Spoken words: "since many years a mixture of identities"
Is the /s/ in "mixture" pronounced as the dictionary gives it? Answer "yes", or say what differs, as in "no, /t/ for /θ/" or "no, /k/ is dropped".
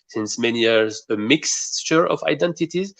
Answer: yes